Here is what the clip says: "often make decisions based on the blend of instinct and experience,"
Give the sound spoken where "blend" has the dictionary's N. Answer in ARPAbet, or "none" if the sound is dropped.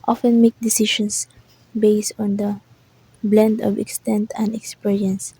N